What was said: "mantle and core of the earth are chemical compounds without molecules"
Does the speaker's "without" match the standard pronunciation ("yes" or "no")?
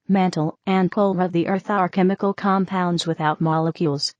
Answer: yes